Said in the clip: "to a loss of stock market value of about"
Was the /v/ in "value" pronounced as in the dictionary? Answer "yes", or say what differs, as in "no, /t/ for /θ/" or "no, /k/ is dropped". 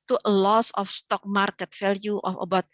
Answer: no, /f/ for /v/